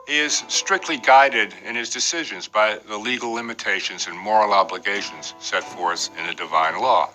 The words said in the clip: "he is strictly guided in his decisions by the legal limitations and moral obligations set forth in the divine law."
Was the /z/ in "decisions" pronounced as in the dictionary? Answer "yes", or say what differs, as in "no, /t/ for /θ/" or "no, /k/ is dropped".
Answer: yes